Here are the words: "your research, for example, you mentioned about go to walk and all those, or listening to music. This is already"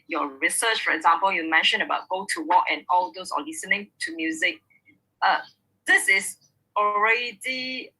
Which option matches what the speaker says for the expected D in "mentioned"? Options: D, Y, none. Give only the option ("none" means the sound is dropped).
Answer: none